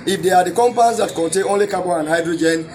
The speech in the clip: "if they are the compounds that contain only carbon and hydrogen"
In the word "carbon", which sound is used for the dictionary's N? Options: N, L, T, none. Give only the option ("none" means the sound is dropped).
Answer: none